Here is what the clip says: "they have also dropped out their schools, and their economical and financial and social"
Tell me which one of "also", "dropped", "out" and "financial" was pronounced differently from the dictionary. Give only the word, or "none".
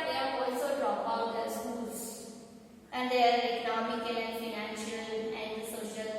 dropped